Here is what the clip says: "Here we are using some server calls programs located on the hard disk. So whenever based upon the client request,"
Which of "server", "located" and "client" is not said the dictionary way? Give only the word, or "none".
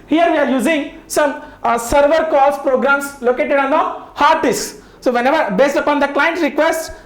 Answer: none